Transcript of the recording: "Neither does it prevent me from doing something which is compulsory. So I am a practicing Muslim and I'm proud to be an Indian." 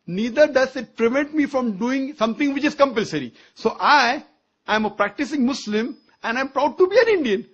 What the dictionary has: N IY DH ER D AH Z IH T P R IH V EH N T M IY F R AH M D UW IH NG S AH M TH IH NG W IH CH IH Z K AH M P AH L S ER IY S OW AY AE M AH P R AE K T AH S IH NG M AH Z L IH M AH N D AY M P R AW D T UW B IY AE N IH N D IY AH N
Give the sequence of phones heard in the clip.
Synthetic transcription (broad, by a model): N IY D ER D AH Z IH T P R IH V EH N T M IY F R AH M D UW IH NG S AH M T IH NG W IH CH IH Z K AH M P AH L S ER IY S OW AY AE M AH P R AE K T AH S IH NG M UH S L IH M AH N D AY M P R AW D T UW B IY AE N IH N D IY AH N